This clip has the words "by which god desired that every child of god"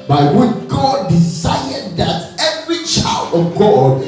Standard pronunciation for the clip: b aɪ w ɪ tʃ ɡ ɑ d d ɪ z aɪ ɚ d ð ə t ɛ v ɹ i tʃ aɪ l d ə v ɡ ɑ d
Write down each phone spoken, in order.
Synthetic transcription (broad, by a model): b aɪ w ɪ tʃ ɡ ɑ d d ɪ s aɪ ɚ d ð ə t ɛ v ɹ i tʃ aɪ l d ə v ɡ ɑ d